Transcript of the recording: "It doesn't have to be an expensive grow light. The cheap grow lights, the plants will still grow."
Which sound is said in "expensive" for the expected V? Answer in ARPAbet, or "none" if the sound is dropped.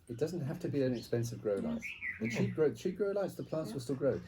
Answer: V